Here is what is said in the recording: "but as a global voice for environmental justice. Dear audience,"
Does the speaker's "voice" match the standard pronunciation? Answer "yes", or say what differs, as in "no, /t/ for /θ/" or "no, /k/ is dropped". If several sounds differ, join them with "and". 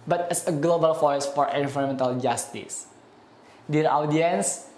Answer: no, /f/ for /v/